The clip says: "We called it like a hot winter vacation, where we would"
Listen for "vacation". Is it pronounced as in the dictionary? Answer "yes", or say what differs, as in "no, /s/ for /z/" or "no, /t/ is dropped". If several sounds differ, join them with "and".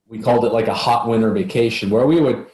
yes